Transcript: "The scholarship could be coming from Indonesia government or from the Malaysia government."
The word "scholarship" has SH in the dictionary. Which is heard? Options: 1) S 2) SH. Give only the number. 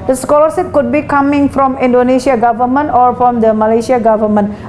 1